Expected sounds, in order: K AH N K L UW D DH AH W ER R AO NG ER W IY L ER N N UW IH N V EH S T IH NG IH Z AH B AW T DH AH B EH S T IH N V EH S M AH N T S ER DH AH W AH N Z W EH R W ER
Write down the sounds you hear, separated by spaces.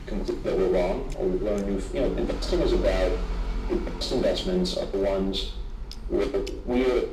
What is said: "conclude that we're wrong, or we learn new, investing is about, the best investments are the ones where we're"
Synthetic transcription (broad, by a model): K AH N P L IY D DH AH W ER R AO NG ER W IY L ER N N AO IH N IH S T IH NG IH Z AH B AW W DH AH B EH S T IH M V EH S M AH N T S ER DH AH W AH N Z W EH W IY